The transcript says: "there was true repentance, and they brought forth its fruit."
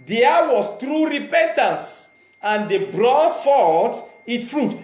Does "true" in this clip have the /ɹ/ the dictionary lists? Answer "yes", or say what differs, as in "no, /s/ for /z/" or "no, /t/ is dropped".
yes